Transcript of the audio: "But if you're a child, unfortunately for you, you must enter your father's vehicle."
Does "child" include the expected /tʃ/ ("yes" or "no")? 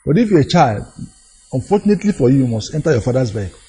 yes